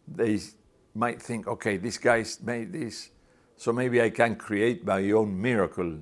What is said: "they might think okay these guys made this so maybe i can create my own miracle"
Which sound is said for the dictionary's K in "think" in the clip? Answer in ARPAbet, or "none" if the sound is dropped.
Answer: K